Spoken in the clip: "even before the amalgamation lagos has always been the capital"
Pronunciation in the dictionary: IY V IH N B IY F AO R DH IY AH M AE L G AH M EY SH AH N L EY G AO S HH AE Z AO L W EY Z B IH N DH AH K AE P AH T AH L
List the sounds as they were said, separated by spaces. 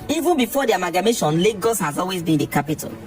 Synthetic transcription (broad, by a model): IY V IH N B IY F AO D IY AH M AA G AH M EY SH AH N L EY G AO S HH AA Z AO L W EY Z B IH N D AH K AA P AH T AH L